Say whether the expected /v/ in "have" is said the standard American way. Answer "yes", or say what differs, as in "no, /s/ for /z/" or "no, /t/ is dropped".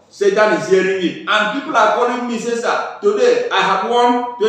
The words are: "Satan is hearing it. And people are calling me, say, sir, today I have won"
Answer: no, /b/ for /v/